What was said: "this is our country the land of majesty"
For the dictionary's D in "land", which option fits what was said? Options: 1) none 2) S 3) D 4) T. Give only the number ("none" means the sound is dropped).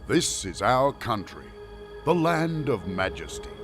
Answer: 3